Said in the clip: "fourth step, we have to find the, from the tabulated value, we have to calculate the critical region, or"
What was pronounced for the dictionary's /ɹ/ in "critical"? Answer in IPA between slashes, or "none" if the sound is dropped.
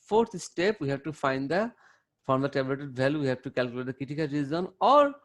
none